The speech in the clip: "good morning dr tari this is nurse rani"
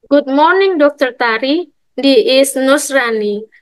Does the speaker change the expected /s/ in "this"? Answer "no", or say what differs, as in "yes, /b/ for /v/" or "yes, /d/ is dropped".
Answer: yes, /s/ is dropped